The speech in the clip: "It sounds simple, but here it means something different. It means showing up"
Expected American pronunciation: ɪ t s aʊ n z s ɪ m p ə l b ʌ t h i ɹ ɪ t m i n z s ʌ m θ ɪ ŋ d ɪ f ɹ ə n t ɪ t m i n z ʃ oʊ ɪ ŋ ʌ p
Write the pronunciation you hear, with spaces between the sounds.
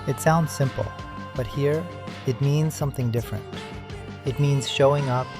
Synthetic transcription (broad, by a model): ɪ t s aʊ n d s ɪ m p l b ʌ t h i ɹ ɪ t m i n z s ʌ m θ ɪ ŋ d ɪ f ɹ ə n t ɪ t m i n z ʃ oʊ ɪ ŋ ʌ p